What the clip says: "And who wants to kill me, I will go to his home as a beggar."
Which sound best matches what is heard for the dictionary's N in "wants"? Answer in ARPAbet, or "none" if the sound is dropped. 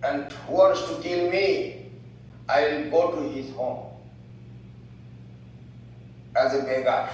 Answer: none